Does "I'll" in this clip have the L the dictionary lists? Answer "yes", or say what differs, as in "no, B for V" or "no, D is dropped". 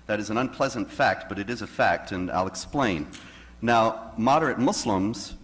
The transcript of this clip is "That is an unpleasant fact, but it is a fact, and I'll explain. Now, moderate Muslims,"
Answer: yes